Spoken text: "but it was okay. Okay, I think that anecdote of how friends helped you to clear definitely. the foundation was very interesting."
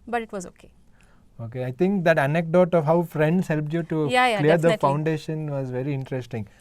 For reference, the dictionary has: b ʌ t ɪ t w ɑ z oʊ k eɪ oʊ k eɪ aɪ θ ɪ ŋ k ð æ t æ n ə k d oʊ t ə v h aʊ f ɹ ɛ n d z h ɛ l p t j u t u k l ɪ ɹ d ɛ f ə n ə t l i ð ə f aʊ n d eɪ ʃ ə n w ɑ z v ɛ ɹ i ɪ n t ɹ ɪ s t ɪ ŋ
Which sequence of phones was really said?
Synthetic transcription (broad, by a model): b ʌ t ɪ t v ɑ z oʊ k eɪ oʊ k eɪ aɪ t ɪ ŋ k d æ t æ n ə k d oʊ t ə v h aʊ f ɹ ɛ n d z h ɛ l p t j u t u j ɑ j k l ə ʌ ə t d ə f aʊ n d eɪ ʃ ə n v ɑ z v ɛ ɹ i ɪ n t ɹ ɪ s t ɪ ŋ